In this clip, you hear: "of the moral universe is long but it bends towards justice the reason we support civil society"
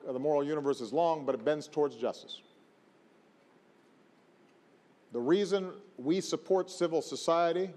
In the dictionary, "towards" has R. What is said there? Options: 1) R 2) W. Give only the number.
1